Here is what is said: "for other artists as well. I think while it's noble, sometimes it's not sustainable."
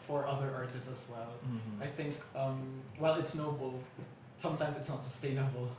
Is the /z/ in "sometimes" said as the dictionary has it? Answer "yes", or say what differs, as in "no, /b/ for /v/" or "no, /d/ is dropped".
yes